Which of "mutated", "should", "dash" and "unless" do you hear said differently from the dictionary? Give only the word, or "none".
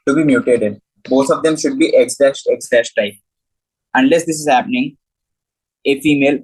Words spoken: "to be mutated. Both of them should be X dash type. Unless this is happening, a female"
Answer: dash